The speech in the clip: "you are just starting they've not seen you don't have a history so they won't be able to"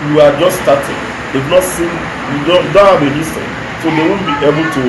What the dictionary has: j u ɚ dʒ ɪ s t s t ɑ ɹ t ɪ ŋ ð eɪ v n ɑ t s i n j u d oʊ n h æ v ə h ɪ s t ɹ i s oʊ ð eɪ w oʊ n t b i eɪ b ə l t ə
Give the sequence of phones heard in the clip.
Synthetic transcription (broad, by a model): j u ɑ dʒ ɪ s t s t ɑ t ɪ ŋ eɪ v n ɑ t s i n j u d oʊ n h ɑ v ə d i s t i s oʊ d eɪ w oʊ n b i eɪ b ə l t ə